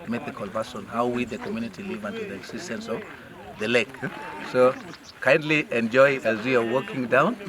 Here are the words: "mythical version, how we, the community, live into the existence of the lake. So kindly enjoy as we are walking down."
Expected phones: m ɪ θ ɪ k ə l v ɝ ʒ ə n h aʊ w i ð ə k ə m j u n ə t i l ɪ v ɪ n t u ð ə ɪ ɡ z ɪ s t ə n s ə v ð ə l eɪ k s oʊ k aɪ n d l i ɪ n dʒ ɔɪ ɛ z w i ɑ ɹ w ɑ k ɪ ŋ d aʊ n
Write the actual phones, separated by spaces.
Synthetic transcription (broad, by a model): m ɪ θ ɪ k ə l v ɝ s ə n h aʊ w i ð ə k ə m j u n ə t i l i v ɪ n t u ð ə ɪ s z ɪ s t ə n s ə v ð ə l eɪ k s oʊ k aɪ n d l i ɪ n dʒ ɔɪ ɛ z w i ɑ ɹ w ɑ k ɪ ŋ d aʊ n